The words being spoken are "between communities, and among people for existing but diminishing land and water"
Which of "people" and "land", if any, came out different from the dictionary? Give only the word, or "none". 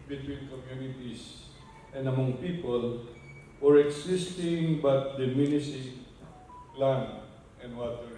land